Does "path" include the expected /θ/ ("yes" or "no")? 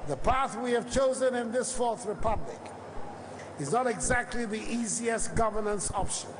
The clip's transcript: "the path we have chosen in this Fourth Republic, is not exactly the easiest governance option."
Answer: yes